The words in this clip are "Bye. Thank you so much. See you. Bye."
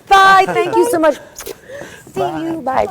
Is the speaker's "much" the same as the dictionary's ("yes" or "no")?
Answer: no